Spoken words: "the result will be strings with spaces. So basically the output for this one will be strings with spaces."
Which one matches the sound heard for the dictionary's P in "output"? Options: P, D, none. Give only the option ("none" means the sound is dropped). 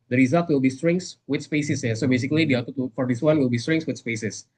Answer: none